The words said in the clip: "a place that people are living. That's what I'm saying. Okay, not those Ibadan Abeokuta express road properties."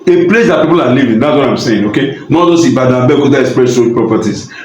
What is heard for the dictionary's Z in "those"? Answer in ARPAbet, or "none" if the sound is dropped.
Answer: S